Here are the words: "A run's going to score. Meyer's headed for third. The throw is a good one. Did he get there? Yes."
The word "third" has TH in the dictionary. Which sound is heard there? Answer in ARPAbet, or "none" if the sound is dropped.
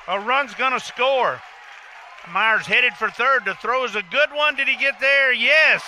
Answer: TH